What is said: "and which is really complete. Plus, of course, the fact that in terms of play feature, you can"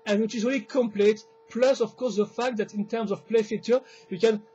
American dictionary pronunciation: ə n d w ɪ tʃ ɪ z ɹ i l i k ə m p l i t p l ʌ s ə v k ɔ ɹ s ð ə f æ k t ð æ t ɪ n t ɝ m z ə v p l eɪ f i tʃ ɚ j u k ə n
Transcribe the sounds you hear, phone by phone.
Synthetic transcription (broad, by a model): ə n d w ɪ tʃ ɪ z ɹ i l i k ə m p l i t p l ʌ s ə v k ɔ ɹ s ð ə f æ k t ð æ t ɪ n t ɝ m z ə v p l eɪ f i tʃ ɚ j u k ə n